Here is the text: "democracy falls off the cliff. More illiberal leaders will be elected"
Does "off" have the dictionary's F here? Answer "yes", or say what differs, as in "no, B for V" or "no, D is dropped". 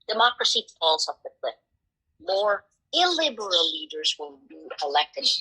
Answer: no, P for F